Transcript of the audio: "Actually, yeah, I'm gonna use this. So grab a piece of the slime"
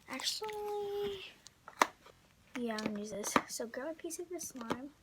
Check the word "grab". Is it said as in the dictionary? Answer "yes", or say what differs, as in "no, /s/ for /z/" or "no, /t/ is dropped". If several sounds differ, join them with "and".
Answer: no, /ɹ/ is dropped and /b/ is dropped